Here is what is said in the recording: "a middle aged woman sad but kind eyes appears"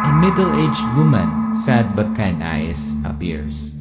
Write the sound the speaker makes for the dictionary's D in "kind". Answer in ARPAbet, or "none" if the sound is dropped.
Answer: none